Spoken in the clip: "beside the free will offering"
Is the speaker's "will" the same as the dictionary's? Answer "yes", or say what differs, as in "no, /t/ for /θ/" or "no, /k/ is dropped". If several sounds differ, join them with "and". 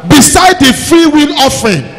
no, /n/ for /l/